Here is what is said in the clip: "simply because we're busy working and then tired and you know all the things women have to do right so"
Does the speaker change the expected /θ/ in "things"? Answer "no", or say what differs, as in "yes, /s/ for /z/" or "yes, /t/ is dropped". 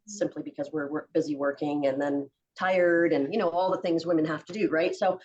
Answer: no